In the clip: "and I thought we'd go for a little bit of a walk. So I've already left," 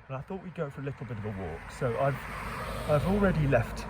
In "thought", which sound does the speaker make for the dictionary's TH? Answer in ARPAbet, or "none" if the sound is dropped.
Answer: TH